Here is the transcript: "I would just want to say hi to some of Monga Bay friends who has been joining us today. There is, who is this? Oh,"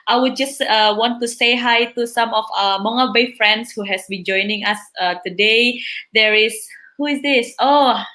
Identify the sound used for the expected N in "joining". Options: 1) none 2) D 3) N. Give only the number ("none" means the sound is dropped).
3